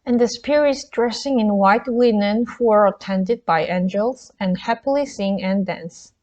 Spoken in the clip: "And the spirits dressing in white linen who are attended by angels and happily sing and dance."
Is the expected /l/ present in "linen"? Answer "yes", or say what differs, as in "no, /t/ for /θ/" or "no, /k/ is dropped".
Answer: no, /w/ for /l/